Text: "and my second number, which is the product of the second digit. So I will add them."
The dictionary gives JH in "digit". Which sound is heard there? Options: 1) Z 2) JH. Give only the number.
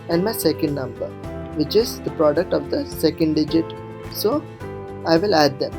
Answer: 2